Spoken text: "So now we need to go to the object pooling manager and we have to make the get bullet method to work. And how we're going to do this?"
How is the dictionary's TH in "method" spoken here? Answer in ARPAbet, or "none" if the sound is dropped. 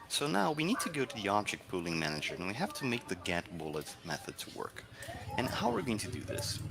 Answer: TH